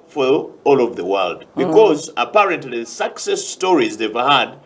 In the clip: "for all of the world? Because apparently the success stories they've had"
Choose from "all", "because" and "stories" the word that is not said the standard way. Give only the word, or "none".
none